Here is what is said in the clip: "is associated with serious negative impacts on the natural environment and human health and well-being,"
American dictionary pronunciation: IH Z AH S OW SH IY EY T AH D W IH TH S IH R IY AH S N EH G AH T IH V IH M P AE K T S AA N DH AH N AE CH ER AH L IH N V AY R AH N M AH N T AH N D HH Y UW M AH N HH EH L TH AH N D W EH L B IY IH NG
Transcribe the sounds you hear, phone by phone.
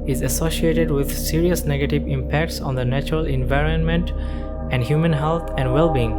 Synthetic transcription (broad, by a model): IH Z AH S OW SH IY EY T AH D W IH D S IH R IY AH S N EH G AH T IH V IH M P AE K T S AA N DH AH N AE CH ER AH L IH N V AY R AH N M AH N T AH N D HH Y UW M AH N HH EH L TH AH N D W EH L B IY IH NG